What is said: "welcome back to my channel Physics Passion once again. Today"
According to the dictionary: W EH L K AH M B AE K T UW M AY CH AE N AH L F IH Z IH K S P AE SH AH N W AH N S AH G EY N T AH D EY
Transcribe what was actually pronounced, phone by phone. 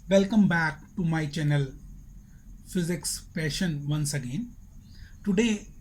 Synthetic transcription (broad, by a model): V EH L K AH M B AE K T UW M AY CH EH N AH L F IH Z IH K S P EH SH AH N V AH N S AH G EY N T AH D EY